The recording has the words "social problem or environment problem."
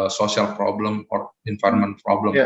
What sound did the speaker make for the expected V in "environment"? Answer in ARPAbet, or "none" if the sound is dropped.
F